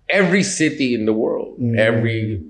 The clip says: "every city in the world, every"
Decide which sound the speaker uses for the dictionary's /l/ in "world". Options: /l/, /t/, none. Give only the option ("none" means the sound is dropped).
/l/